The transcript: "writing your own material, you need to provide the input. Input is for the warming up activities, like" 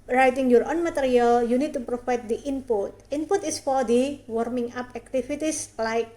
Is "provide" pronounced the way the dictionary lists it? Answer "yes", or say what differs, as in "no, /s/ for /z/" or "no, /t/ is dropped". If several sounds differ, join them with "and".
no, /f/ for /v/